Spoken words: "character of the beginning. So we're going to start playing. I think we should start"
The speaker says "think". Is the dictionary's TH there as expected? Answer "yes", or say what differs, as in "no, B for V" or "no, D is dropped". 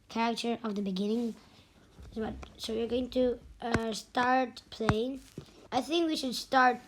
yes